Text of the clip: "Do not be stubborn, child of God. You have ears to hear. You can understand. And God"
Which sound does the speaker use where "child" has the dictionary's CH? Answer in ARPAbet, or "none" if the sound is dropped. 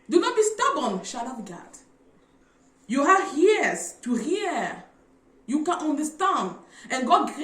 SH